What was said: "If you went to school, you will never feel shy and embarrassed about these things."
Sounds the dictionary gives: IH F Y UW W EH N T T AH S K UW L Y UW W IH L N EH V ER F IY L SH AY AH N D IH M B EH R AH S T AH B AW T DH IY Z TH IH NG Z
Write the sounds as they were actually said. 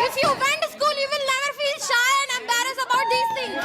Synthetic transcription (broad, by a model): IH F Y UW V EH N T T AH S K UW L Y UW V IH L N EH V ER F IY L SH AY AH N D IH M B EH R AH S AH B AW T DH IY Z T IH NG